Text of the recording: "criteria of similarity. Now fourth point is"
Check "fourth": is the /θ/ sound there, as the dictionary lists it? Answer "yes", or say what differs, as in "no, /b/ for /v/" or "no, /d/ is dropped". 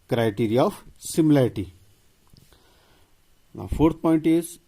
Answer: no, /t/ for /θ/